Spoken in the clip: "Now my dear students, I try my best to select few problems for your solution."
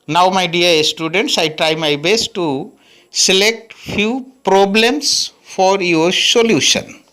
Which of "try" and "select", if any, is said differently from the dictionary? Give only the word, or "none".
none